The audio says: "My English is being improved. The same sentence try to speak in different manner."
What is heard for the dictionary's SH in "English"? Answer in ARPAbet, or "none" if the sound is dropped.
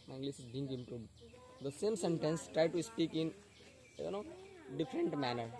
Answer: S